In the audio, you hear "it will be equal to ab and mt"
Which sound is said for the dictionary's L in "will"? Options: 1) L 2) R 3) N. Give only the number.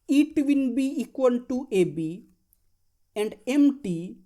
3